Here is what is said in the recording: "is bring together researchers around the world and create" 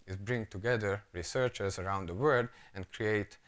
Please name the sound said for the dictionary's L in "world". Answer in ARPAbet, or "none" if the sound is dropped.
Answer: none